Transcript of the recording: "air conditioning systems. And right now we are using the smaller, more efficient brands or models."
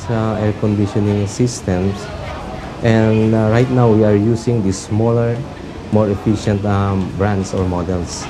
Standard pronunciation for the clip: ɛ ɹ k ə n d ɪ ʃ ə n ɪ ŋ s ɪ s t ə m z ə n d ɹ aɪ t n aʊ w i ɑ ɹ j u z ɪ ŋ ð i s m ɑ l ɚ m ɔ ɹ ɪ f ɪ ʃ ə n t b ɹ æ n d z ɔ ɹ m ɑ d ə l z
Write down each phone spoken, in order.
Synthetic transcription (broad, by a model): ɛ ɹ k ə n d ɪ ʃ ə n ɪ ŋ s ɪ s t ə m s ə n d ɹ aɪ t n aʊ w i ɑ ɹ j u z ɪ ŋ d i s m ɑ l ɚ m ɔ ɹ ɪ f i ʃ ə n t b ɹ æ n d s ɔ ɹ m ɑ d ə l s